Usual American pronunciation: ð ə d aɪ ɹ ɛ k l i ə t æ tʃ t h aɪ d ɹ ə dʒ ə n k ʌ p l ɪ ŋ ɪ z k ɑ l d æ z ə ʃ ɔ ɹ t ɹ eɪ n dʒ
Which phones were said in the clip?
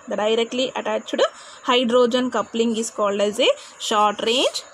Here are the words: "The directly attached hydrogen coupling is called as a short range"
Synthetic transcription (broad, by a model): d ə d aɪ ɹ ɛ k l i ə t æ tʃ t h aɪ d ɹ ə dʒ ə n k ʌ p l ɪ ŋ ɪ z k ɑ l d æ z ə ʃ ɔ ɹ t ɹ eɪ n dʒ